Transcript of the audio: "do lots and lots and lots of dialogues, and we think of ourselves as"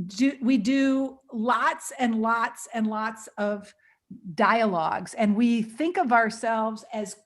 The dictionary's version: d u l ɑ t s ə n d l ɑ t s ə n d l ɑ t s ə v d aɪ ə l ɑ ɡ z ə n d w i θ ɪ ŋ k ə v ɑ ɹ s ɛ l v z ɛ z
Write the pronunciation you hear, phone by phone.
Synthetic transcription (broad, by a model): d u l ɑ t s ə n l ɑ t s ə n l ɑ t s ə v d aɪ ə l ɑ ɡ z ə n w i θ ɪ ŋ k ə v ɑ ɹ s ɛ l v z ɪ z